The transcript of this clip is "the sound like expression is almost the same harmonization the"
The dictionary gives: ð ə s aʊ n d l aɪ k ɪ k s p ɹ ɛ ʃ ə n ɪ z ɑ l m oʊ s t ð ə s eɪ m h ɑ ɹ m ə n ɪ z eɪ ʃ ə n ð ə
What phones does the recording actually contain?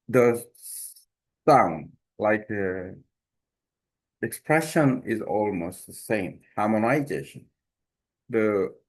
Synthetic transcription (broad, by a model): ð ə s aʊ n d l aɪ k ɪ k s p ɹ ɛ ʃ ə n ɪ z ɑ l m oʊ s t ð ə s eɪ m h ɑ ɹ m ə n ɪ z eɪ ʃ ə n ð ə